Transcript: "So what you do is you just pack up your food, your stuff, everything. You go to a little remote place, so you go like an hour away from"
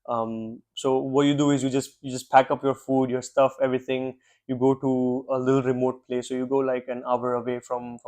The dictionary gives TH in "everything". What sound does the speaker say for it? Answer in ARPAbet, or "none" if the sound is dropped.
T